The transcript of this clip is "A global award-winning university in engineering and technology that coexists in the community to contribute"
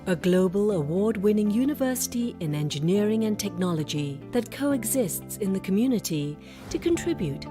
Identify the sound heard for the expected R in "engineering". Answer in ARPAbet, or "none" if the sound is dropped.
R